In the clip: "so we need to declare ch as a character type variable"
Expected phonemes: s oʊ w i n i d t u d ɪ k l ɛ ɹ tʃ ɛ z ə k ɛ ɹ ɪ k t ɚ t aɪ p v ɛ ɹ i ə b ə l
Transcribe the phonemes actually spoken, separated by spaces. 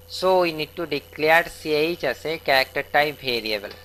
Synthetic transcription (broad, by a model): s oʊ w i n i d t u d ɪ k l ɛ ɹ s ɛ s ə k ɛ ɹ ɪ k t ɚ t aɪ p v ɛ ɹ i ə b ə l